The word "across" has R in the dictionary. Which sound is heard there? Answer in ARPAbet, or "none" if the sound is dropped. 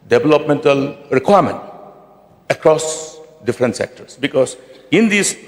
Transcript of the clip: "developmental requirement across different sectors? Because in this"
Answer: R